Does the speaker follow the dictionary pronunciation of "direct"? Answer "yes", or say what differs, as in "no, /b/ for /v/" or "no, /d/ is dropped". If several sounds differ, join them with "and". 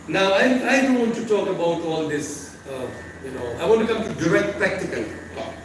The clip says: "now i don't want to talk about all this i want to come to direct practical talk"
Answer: yes